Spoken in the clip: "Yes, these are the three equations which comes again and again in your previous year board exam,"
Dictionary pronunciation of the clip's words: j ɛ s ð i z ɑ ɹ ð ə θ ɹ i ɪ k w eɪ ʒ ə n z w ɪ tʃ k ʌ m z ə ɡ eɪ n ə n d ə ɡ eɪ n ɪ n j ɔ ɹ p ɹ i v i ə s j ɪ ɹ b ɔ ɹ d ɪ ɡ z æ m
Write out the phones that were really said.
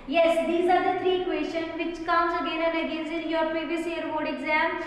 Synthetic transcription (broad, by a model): j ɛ s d i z ɑ ɹ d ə t ɹ i k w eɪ s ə n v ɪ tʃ k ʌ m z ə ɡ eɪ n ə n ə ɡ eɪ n ɪ n j ɔ ɹ p ɹ i v i ə s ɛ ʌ ɹ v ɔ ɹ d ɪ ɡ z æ m